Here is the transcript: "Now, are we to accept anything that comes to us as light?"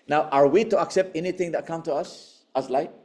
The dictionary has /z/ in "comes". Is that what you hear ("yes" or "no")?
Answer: no